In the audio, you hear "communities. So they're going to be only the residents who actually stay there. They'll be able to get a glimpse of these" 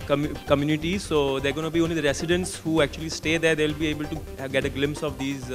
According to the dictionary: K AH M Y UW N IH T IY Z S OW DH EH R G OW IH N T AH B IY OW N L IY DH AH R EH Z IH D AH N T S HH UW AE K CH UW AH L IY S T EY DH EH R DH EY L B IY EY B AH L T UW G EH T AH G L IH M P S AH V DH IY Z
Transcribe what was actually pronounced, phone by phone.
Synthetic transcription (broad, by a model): K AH M Y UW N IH T IY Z S OW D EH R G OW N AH B IY OW N L IY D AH R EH S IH D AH N T S HH UW AE K CH UW AH L IY S T EY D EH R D EY L B IY EY B AH L T UW G EH T AH G L IH M P S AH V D IY Z